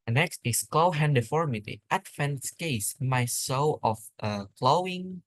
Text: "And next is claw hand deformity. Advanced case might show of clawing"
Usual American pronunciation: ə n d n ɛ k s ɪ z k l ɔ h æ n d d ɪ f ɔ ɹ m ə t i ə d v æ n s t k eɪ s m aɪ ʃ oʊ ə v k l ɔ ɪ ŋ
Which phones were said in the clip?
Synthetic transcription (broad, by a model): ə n n ɛ k s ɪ s k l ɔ h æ n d d ɪ f ɔ ɹ m ə t i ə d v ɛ n s k eɪ s m aɪ s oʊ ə f k l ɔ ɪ ŋ